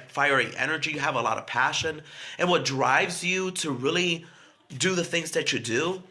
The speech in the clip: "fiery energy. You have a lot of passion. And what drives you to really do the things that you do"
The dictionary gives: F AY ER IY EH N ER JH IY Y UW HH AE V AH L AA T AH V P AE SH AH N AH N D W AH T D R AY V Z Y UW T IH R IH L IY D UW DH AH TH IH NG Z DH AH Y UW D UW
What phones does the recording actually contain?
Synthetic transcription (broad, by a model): F AY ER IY EH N ER JH IY Y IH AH V AH L AA T AH V P AE SH AH N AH N W AH T D R AY V Z Y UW T IH R IH L IY D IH DH AH TH IH NG Z DH AH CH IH D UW